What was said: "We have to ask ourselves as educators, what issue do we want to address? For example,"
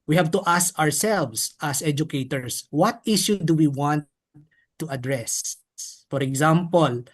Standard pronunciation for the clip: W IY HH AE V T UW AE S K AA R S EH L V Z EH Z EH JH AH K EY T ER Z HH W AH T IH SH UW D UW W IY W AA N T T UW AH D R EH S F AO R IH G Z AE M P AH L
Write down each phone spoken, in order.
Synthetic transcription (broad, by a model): W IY HH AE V T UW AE S K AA R S EH L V S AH S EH JH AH K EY T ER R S W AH T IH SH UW D UW W IY W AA N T T UW AH D R EH S F AO R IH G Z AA M P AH L